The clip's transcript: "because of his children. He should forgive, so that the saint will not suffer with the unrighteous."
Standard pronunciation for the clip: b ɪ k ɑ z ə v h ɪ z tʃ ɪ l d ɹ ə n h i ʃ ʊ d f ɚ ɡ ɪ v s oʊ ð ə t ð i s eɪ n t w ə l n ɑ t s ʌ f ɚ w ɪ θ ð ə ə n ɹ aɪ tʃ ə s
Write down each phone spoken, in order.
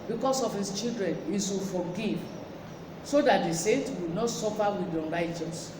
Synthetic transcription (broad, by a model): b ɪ k ɑ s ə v h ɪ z tʃ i l d ɹ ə n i s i f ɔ ɡ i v s oʊ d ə t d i s eɪ n t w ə n ɑ t s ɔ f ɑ w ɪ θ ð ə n ɹ aɪ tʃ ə s